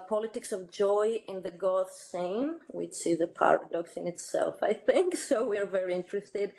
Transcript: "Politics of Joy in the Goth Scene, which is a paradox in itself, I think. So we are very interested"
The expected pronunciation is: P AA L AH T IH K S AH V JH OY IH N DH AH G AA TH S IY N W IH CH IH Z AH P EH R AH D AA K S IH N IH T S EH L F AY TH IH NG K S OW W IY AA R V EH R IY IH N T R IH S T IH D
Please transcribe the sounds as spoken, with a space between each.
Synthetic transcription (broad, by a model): P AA L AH T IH K S AH V JH OY IH N DH AH G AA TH S IY N W IH CH IH Z AH P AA R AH D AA K S IH N IH T S EH L F AY TH IH NG K S OW W IY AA R V EH R IY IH N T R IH S T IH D